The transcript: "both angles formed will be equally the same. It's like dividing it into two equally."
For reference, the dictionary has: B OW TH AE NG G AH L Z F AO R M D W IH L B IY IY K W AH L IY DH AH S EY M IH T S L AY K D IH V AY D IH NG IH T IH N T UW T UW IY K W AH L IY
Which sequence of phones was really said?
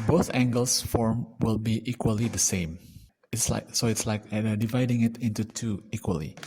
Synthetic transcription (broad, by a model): B OW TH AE NG G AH L S F AO R M W IH L B IY IY K W AH L IY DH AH S EY M IH T S L AY K D IH V AY D IH NG IH T IH N T UW T UW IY K W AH L IY